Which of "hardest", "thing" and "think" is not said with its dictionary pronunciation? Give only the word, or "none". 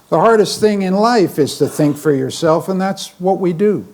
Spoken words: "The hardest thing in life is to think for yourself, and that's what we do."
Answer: none